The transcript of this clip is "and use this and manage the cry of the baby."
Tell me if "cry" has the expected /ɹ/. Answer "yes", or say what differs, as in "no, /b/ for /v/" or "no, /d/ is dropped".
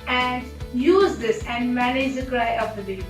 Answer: yes